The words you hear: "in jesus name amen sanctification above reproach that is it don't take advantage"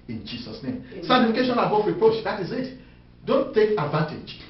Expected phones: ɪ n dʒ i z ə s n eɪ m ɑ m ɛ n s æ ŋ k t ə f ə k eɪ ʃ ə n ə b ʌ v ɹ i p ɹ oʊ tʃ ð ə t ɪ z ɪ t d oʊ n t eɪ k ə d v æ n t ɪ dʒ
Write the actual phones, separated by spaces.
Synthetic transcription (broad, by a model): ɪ n dʒ i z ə s n eɪ ɑ m s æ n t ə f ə k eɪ ʃ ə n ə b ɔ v ɹ i p ɹ oʊ tʃ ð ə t ɪ z ɪ t d oʊ n t eɪ k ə d v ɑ n t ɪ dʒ